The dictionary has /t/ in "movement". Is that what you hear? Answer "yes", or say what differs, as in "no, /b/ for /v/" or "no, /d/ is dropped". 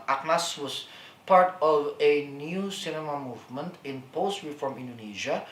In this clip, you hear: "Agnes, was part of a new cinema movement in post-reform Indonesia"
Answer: yes